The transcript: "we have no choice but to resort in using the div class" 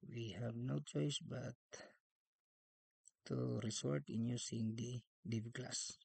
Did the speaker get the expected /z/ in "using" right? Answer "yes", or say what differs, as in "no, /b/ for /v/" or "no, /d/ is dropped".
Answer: no, /s/ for /z/